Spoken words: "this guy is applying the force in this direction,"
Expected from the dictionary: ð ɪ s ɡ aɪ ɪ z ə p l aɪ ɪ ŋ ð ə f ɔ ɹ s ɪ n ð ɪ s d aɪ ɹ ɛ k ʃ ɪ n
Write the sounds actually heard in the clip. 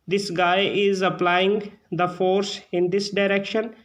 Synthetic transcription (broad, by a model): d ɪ s ɡ aɪ ɪ z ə p l aɪ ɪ ŋ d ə f ɔ ɹ s ɪ n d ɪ s d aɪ ɹ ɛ k ʃ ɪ n